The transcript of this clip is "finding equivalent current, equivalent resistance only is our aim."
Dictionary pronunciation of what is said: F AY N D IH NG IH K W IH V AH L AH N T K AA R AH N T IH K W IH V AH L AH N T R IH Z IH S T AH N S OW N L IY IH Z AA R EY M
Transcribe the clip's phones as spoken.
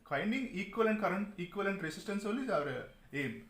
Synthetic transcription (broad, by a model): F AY N D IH NG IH K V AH L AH N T K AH R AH N T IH K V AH L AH N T R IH S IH S T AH N S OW L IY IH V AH R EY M